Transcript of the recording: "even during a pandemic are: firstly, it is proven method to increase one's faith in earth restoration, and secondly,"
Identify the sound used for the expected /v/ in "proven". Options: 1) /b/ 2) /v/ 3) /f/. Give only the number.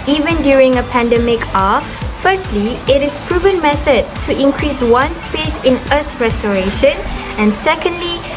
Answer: 2